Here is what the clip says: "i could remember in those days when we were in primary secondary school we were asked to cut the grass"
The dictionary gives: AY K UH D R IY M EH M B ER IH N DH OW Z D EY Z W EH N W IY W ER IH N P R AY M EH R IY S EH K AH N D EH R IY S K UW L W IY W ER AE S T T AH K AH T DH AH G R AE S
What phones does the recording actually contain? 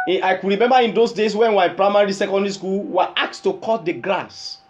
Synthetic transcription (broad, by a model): AY K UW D R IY M EH M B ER IH N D OW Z D EY S W EH N W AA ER IH N P R AY M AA R IY S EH K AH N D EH R IY S K UW L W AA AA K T T AH K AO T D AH G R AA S